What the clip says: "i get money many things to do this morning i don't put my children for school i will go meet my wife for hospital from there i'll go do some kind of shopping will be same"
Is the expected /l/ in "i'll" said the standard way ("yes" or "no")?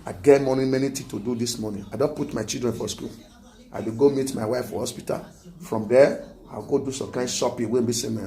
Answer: no